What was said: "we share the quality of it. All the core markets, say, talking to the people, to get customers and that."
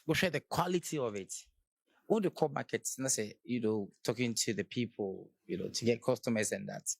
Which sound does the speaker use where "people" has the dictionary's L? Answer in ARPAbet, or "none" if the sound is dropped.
N